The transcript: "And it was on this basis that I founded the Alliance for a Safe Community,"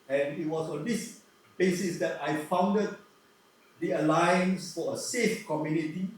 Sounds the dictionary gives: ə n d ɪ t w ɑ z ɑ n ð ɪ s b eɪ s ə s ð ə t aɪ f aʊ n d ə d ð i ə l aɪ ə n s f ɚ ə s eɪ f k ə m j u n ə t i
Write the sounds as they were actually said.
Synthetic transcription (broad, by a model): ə n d ɪ t w ɑ s ɑ n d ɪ s b eɪ s ə s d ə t aɪ f aʊ n d ə d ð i ə l aɪ ə n s f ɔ ə s eɪ f k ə m j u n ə t i